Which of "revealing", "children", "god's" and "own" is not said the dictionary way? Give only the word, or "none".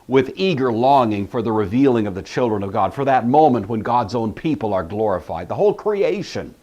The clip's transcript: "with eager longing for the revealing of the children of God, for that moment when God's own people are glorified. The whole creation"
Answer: none